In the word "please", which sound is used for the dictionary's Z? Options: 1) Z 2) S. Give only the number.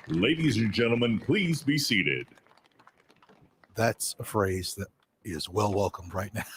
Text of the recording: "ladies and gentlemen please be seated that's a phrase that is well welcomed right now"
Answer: 1